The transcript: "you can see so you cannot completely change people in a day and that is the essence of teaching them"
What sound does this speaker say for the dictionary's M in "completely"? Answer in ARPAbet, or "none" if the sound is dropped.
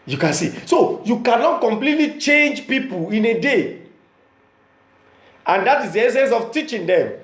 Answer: M